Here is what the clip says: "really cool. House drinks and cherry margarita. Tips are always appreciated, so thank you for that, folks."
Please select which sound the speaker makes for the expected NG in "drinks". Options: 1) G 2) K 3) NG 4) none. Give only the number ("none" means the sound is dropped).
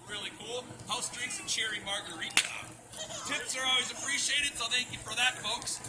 4